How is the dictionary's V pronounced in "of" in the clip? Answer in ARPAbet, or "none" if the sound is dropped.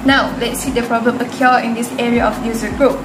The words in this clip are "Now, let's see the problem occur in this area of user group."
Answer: F